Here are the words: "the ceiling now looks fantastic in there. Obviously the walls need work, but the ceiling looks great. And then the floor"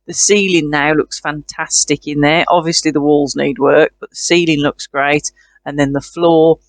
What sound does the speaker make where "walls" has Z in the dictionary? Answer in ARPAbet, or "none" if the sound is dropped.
Z